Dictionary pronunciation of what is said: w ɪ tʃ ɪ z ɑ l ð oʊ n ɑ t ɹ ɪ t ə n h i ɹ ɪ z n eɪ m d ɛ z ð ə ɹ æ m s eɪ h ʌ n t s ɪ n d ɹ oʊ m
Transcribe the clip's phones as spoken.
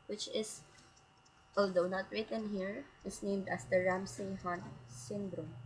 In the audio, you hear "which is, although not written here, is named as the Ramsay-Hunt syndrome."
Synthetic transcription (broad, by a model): w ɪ tʃ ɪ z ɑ l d oʊ n ɑ t ɹ ɪ t ə n h i ɹ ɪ s n eɪ m d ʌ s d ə ɹ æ m s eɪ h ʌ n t s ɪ n d ɹ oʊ m